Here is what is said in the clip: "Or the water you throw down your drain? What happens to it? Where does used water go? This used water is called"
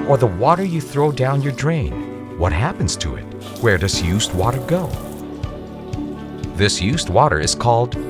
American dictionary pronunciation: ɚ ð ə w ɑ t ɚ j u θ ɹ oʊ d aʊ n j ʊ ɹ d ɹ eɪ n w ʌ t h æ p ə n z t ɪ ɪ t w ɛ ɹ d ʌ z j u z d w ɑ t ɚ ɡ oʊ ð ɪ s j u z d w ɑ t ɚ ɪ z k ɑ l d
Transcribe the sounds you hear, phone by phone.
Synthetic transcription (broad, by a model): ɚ ð ə w ɑ t ɚ j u θ ɹ oʊ d aʊ n j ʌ ɹ d ɹ eɪ n w ʌ t h æ p ə n z t ɪ ɪ t w ɛ ɹ d ʌ z j u z d w ɑ t ɚ ɡ oʊ ð ɪ s j u z d w ɑ t ɚ ɪ z k ɑ l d